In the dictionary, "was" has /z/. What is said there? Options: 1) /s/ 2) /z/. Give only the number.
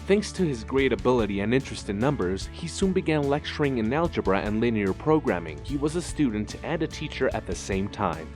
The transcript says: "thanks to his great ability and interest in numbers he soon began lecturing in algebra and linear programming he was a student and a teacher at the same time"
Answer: 2